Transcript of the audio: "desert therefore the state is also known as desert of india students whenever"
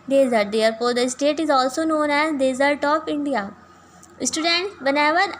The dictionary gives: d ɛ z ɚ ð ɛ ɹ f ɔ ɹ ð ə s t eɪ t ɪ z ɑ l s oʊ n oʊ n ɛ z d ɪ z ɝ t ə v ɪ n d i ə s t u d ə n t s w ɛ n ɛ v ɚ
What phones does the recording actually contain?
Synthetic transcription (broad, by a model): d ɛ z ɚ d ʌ ɹ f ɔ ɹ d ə s t eɪ t ɪ z ɑ l s oʊ n oʊ n ɛ z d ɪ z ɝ t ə p ɪ n d i ə s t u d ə n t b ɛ n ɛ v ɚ